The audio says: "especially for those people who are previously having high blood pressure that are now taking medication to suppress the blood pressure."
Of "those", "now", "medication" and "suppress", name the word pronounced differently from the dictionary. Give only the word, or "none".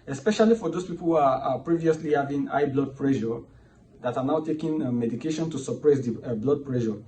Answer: those